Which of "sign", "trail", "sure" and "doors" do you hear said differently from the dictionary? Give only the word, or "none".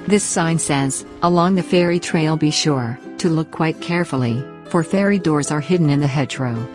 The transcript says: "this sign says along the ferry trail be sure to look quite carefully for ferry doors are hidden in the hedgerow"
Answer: none